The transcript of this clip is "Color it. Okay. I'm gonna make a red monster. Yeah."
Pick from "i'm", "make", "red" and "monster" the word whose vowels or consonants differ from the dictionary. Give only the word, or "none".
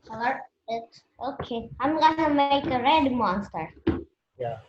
none